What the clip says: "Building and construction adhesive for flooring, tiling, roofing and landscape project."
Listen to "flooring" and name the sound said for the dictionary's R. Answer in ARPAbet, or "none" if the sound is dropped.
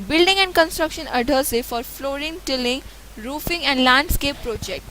R